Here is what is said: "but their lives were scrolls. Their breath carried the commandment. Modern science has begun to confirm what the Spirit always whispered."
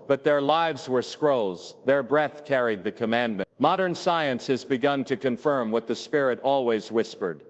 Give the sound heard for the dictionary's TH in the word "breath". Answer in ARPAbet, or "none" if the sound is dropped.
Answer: TH